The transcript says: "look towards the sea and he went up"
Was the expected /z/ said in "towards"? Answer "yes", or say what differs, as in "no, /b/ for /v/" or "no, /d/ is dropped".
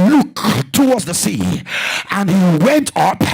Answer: yes